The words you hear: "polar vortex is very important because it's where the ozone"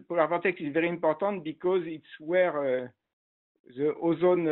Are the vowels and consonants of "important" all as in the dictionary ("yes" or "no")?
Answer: no